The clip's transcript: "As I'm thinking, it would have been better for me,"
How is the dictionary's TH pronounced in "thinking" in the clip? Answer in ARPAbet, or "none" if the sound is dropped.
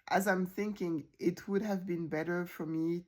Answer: TH